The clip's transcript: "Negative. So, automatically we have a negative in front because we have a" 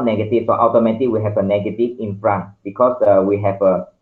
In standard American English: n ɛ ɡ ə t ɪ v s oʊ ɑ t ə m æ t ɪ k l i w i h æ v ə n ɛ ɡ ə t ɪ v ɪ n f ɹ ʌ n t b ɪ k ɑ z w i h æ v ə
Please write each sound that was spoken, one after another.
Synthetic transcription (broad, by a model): n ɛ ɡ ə t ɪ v s oʊ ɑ t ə ʊ t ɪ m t i w i h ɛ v ə n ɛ ɡ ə t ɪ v ɪ n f ɹ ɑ n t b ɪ k ɑ s w i h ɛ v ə